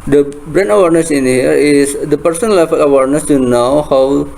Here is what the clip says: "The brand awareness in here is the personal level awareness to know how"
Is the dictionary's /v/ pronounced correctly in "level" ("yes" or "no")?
no